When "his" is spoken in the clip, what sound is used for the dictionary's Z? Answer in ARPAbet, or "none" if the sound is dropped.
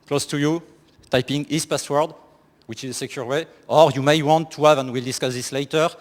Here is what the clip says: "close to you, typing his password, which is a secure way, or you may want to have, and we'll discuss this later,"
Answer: S